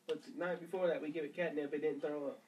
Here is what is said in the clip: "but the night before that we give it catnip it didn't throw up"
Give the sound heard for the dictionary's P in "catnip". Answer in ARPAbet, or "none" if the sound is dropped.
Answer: B